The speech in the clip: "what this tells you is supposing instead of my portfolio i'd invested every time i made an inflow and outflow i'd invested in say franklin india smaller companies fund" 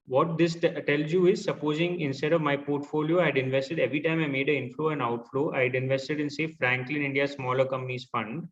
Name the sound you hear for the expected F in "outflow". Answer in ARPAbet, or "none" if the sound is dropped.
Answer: F